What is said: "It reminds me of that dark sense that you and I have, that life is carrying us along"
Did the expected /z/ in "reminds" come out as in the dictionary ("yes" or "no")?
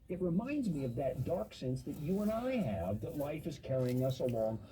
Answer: yes